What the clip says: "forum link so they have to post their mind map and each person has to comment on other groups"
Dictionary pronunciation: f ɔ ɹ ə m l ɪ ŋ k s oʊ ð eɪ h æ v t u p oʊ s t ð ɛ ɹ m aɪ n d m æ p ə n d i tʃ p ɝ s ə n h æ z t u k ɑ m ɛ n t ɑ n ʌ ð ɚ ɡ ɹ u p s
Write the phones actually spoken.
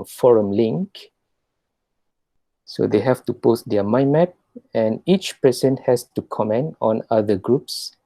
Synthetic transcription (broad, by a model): f ɔ ɹ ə m l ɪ ŋ k s oʊ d eɪ h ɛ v t u p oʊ s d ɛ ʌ m aɪ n m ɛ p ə n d i tʃ p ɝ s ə n h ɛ s t u k ɑ m ɛ n t ɑ n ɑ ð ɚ ɡ ɹ u p s